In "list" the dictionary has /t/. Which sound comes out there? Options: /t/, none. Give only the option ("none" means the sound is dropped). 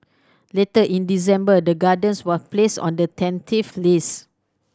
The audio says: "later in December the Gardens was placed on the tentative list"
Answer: none